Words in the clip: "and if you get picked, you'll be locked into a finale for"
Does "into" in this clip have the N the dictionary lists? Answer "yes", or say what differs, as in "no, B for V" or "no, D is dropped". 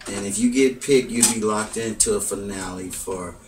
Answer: yes